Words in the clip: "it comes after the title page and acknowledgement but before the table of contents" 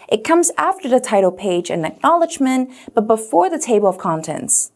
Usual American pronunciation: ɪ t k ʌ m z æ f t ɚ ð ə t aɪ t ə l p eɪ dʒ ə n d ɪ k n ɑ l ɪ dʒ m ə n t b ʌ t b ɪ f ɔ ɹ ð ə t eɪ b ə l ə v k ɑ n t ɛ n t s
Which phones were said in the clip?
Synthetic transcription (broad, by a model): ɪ t k ʌ m z æ f t ɚ ð ə t aɪ t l p eɪ dʒ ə n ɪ k n ɑ l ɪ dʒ m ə n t b ʌ t b ɪ f ɔ ɹ ð ə t eɪ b l ə v k ɑ n t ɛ n t s